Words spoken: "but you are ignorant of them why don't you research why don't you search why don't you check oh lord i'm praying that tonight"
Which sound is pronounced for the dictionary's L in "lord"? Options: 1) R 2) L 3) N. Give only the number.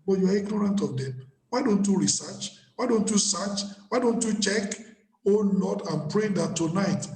3